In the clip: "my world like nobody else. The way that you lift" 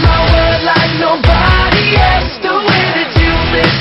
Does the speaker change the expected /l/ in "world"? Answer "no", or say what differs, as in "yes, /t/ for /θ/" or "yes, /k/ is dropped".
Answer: yes, /l/ is dropped